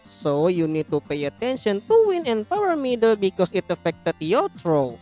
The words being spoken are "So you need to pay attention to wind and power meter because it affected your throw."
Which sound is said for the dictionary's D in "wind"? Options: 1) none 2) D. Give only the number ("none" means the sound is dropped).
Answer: 1